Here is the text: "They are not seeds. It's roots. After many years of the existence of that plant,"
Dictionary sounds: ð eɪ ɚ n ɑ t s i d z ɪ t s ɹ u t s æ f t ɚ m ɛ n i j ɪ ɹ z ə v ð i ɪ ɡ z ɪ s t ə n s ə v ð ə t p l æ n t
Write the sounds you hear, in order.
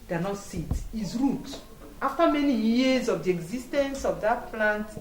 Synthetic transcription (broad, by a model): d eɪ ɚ n ɑ t s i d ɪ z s ɹ u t ɑ f t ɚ m ɛ n i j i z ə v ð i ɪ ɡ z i s t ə n s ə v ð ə t p l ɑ n t